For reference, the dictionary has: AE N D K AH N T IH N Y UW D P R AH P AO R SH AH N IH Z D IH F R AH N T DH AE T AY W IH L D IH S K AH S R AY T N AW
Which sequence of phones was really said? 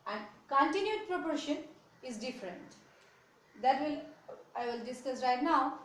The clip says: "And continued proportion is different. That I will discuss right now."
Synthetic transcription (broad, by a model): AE N D K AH N T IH N Y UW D P R AH P AO R SH AH N IH Z D IH F R AH N T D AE T AY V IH L D IH S K AH S R AY T N AW